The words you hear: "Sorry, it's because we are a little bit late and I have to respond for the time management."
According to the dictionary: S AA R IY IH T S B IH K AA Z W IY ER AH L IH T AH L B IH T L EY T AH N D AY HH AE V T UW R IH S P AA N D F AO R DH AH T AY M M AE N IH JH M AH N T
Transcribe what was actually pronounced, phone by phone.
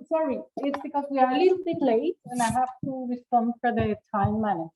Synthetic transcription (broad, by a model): S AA R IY IH T S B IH K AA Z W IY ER AH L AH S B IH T L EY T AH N AY HH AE F T UW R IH S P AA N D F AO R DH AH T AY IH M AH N